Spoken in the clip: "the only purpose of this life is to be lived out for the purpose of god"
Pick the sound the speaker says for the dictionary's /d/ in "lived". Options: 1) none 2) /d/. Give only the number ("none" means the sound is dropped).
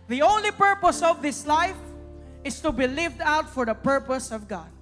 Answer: 2